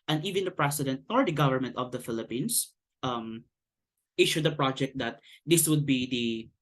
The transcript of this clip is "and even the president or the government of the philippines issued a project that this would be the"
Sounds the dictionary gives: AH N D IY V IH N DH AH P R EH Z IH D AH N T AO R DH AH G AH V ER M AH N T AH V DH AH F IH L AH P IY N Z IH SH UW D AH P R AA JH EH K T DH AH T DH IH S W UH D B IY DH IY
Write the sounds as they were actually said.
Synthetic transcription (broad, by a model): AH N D IY V IH N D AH P R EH S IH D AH N T AO R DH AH G AH V ER M AH N T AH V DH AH F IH L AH P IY N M IH SH UW D AH P R AA JH EH K T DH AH T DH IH S W UH D B IY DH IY